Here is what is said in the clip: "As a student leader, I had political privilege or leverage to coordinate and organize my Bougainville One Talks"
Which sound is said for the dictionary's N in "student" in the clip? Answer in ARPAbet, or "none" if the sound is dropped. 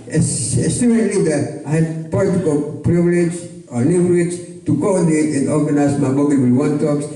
none